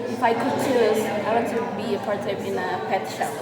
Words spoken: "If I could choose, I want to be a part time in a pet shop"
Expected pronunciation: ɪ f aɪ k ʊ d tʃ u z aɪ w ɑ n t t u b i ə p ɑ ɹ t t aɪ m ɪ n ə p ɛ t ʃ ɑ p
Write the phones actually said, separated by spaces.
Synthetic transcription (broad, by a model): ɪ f aɪ k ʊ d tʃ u aɪ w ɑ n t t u b i ə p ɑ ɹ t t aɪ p ɪ n ə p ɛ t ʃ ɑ